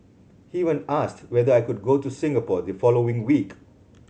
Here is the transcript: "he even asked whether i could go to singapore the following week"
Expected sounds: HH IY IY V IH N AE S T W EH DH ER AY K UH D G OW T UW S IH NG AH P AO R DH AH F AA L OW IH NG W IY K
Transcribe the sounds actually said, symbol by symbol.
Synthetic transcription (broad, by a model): HH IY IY W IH N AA S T W EH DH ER AY K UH D G OW T UW S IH NG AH P AO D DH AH F AA L OW IH NG W IY K